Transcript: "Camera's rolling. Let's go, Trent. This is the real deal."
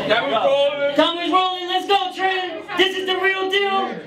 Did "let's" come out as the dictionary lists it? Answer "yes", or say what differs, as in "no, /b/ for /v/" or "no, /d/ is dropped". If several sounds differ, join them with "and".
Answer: yes